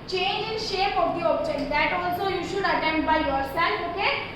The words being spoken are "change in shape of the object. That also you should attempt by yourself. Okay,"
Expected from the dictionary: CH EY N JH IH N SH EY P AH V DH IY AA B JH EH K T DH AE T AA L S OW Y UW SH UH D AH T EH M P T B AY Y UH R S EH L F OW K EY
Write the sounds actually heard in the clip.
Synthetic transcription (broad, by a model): CH EY N JH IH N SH EY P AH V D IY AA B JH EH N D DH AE T AA L S OW Y UW SH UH D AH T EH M T B AY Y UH R S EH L OW K EY